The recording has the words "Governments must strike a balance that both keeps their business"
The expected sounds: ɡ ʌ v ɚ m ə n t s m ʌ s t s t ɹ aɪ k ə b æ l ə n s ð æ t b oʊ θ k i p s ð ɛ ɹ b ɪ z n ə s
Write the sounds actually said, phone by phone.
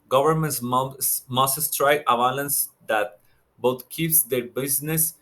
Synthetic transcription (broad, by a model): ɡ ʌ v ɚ m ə n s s m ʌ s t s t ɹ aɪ ə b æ l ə n s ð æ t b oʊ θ k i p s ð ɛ ɹ b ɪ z n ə s